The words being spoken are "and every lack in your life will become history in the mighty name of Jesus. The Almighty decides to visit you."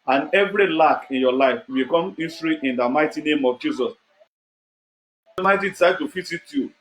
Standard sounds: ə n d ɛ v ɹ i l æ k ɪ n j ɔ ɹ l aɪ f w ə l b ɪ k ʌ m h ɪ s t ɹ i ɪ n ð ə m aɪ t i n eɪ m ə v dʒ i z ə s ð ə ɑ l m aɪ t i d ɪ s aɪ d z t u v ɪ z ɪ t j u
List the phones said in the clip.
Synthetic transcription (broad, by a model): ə n ɛ v ɹ i l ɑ k ɪ n j ɔ l aɪ f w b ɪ k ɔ m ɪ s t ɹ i ɪ n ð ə m aɪ t i n eɪ m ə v dʒ i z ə s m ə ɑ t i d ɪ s aɪ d t u f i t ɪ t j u